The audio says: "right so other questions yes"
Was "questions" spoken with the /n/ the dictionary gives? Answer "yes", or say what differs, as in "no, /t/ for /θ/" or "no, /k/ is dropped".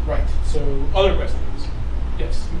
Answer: no, /n/ is dropped